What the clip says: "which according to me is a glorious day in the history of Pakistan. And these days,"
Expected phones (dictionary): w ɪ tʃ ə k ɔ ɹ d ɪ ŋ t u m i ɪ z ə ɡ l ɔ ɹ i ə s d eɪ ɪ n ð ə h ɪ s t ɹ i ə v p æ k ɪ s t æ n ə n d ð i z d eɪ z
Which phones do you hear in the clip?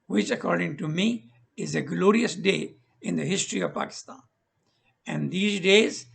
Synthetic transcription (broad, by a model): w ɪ tʃ ə k ɔ ɹ d ɪ ŋ t u m i ɪ z ə ɡ l ɔ ɹ i ə s d eɪ ɪ n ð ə h ɪ s t ɹ i ə v p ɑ k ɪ s t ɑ n ə n d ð i z d eɪ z